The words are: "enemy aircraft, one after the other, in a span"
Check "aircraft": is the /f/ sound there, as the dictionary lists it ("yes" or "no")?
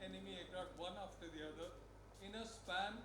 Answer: no